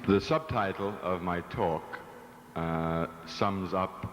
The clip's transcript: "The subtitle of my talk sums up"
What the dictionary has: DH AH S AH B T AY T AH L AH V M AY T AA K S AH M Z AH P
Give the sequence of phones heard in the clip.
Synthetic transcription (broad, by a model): DH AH S AH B T AY T L AH V M AY T AA K S AH M Z AH P